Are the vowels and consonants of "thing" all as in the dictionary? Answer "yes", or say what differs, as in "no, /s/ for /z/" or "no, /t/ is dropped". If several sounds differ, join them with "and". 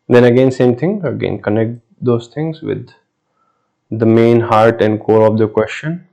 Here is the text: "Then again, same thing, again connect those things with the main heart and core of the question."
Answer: no, /t/ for /θ/